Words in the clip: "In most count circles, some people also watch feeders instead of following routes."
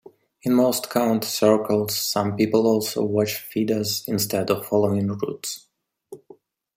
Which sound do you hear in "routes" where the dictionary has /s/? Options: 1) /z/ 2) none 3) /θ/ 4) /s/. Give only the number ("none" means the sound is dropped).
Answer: 4